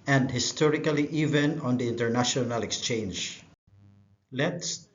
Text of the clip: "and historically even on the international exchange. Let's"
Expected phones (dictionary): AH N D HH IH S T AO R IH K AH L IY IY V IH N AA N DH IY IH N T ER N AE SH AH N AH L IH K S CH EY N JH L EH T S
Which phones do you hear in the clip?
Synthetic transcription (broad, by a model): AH N D HH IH S T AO R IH K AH L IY IY V IH N AA N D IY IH N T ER N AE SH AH N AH L IH K S CH EY N JH L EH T S